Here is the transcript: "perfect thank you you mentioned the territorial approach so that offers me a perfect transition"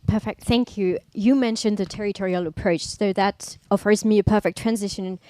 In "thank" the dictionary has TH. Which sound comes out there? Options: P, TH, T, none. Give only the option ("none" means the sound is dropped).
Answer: TH